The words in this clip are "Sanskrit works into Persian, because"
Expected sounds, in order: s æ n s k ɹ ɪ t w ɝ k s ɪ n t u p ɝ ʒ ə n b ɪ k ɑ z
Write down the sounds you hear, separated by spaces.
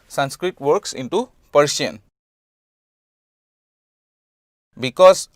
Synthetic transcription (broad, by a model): s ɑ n s k ɹ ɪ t w ɝ k s ɪ n t u p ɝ s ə n b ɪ k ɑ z